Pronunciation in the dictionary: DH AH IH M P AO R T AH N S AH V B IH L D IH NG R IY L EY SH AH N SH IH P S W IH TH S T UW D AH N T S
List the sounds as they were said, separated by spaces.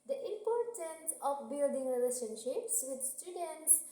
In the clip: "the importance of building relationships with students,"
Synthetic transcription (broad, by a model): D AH IH M P AO R T AH N S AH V B IH L D IH NG R IY L EY SH AH N SH IH P S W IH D S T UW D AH N T S